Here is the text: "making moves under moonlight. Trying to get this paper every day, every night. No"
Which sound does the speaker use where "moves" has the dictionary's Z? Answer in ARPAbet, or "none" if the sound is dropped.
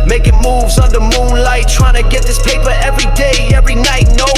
Z